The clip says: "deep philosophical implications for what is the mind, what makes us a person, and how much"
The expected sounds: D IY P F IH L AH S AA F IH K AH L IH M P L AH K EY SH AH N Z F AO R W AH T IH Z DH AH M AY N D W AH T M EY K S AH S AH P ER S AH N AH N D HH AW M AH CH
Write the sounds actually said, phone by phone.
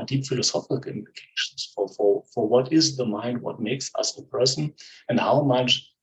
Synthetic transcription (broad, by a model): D IY P F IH L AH S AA F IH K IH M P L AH K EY SH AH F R F AO R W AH T IH Z DH AH M AY N D W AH T M EY K S AH S AH P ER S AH N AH N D HH AW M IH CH